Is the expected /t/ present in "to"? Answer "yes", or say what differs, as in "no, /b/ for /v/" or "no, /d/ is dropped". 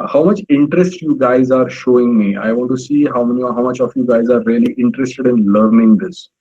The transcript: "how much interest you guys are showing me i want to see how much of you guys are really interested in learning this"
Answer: no, /s/ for /t/